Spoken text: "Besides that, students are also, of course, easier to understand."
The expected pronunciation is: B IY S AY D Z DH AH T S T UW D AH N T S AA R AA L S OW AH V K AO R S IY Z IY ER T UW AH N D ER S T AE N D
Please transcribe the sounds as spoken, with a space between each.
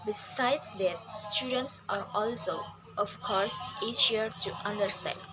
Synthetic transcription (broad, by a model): B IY S AY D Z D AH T S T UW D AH N T S AA R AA L S OW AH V K AO R S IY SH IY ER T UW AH N D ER S T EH N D